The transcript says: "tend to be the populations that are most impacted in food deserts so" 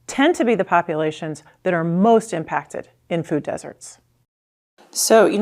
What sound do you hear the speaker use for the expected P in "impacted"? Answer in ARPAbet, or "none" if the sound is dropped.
P